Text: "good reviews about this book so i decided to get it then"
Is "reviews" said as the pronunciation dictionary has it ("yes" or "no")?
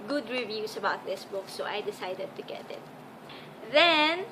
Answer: no